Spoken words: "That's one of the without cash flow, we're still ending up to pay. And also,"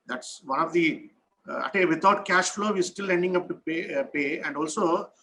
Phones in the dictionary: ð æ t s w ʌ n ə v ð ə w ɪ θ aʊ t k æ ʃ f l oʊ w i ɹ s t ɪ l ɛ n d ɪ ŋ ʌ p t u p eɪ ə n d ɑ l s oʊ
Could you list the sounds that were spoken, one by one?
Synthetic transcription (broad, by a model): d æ t s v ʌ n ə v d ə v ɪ t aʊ t k æ ʃ f l oʊ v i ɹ s t ɪ l ɛ n d ɪ ŋ ʌ p t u p eɪ ə n d ɑ l s oʊ